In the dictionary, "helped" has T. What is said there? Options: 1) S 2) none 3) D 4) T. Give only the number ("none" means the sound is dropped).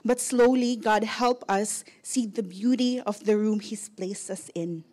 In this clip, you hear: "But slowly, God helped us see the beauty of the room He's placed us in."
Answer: 2